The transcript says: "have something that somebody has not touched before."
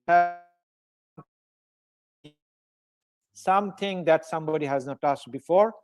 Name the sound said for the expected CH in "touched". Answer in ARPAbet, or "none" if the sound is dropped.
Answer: S